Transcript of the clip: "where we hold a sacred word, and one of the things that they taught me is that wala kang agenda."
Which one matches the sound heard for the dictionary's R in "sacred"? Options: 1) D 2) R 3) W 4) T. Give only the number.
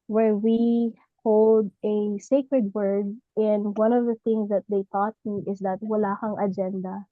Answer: 2